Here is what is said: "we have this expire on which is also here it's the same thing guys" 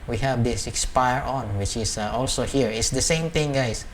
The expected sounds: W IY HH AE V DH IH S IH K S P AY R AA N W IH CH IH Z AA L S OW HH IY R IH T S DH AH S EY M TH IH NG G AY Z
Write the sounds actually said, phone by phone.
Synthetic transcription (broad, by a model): W IY HH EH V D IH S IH K S P AY R AA N W IH CH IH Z AA L S OW HH IY R IH T S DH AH S EY M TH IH NG G AY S